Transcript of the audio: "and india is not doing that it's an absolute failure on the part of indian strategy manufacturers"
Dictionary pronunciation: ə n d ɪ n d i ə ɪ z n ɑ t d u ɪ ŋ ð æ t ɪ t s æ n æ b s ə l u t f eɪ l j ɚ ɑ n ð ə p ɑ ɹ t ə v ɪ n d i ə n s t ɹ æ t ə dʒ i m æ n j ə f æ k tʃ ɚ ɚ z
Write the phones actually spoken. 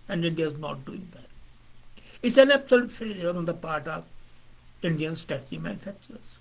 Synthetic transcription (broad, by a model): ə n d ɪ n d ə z n ɑ t d u ɪ ŋ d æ t ɪ t s æ n æ b s ə l u t f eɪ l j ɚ ɑ n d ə p ɑ ɹ t ə v ɪ n d i ə n s t æ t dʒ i m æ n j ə f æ k tʃ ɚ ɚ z